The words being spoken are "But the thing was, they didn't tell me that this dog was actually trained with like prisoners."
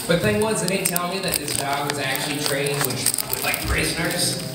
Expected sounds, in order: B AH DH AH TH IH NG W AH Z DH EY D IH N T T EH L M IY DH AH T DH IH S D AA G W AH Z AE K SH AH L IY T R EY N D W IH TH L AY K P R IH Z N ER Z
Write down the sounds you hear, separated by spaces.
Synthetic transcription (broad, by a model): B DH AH TH IH NG W AH Z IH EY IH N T T EH L M IY DH AH T DH IH S D AA G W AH Z AE K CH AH L IY T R EY N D W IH L AY K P R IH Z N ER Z